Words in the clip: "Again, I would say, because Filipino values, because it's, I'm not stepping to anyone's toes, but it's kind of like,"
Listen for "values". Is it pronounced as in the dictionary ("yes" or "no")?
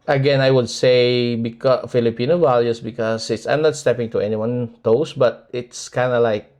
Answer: no